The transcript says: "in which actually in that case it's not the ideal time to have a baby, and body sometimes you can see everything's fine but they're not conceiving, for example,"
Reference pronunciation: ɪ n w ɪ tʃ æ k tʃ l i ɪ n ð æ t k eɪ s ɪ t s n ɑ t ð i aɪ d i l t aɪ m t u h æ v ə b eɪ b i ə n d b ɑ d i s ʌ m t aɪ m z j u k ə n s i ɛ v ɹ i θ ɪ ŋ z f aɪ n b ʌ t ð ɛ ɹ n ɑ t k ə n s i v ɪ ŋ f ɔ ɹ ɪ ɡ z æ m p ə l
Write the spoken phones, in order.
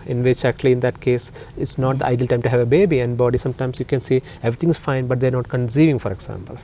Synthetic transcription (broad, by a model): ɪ n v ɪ tʃ æ k tʃ l i ɪ n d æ t k eɪ s ɪ t s n ɑ t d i aɪ d i l t aɪ m t u h æ v ə b eɪ b i ə n d b ɑ d i s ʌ m t aɪ m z j u k ə n s i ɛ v ɹ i t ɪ ŋ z f aɪ n b ʌ t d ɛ ɹ n ɑ t k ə n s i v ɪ ŋ f ɔ ɹ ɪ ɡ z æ m p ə l